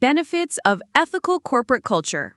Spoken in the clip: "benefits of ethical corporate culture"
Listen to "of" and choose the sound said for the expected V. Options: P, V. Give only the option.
V